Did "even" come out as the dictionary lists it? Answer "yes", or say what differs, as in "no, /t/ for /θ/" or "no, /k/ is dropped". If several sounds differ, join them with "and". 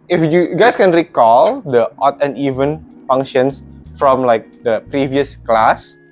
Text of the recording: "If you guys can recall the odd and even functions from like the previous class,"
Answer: yes